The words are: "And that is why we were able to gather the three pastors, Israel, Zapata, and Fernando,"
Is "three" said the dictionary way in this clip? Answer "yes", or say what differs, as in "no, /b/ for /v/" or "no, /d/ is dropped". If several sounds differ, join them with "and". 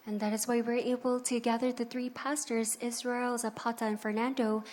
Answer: yes